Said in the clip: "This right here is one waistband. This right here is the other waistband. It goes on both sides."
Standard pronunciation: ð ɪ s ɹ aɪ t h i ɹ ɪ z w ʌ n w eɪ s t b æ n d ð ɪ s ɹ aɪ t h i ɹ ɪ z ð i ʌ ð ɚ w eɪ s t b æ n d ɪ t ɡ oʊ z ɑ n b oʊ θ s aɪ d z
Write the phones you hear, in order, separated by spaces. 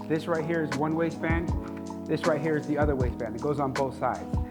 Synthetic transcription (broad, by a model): ð ɪ s ɹ aɪ t h i ɹ ɪ z w ʌ n w eɪ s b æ n ð ɪ s ɹ aɪ t h i ɹ ɪ z ð i ʌ ð ɚ w eɪ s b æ n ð ɪ t ɡ oʊ z n b oʊ θ s aɪ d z